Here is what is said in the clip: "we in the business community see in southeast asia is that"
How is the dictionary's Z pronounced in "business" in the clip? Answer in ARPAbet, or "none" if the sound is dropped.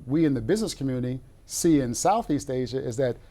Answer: Z